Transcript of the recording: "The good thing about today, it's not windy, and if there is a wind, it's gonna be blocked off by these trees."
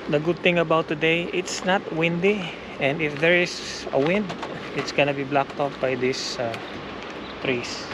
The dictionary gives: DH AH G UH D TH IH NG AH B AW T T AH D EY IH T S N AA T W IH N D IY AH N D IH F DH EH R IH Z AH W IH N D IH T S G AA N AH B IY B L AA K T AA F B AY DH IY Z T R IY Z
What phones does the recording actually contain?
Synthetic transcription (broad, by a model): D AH G UH D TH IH NG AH B AW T T AH D EY IH T S N AA T W IH N D IY AH N D IH F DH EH R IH S AH W IH N D IH T S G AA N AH B IY B L AA K T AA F B AY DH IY S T R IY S